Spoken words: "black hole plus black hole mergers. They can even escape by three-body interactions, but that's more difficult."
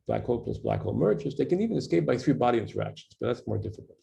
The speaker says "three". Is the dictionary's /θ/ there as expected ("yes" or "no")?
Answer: yes